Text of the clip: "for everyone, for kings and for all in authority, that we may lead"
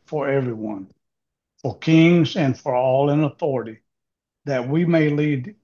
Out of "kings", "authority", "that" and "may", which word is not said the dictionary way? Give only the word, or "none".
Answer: none